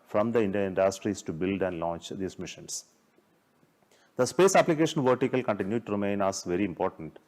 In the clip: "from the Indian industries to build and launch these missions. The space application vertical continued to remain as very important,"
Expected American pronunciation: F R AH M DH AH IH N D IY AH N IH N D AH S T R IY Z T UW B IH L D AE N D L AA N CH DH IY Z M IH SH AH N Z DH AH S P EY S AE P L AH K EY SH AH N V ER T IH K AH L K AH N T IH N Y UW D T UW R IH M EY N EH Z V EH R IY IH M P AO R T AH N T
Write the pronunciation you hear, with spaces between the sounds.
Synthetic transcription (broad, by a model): F R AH M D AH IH N D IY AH IH N D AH S T R IY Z T UW B IH L D AE N D L AA N CH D IY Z M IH SH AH N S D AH S P EY S AE P L AH K EY SH AH N V ER T IH K AH L K AH N T IH N Y UW D T UW R IH M EY N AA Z V EH R IY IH M P AO R T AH N T